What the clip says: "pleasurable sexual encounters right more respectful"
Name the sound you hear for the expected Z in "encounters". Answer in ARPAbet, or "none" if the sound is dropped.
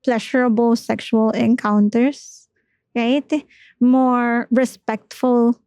S